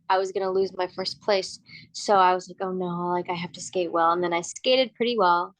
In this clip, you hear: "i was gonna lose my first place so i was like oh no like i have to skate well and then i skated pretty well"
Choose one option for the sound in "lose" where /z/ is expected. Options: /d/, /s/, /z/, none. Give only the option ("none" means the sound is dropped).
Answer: /z/